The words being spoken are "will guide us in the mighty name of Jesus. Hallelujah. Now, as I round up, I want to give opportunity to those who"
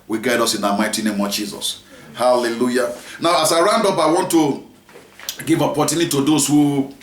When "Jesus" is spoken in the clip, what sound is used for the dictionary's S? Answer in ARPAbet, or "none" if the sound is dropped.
S